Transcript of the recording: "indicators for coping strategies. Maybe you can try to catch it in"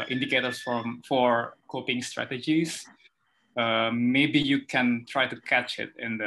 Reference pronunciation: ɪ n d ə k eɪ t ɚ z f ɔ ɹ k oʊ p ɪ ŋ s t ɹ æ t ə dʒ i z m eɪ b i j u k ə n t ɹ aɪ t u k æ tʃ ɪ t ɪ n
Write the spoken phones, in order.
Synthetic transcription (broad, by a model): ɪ n d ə k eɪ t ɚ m f ɔ ɹ k oʊ p ɪ ŋ s t ɹ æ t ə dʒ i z m eɪ b i j u k ə n t ɹ aɪ t u k æ tʃ ɪ t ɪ n